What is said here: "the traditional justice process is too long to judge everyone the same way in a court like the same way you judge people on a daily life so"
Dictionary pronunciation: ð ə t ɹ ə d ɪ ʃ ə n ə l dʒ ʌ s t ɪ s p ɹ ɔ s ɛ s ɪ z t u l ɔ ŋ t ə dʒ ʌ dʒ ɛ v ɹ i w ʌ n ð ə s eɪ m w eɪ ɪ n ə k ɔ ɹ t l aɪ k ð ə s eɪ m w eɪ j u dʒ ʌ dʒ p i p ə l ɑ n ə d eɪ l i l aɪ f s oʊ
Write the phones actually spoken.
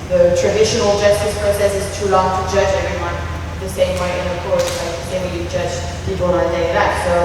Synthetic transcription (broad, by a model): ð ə t ɹ ə d ɪ ʃ ə n ə l dʒ ʌ s t ɪ s p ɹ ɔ s ɛ s ɪ z t u l ɔ ŋ t ə dʒ ʌ dʒ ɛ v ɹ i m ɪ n ð ə s eɪ m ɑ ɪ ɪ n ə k ɔ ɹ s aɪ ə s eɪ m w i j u dʒ ʌ dʒ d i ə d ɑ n ə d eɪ i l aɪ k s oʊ